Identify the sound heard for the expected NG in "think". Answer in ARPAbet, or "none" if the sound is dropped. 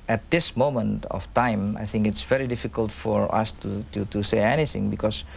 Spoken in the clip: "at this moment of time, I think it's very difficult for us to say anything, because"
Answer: NG